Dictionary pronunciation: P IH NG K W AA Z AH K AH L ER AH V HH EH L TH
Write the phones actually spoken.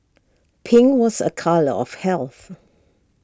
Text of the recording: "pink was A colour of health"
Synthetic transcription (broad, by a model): P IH NG W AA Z AH K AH L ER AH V HH EH L TH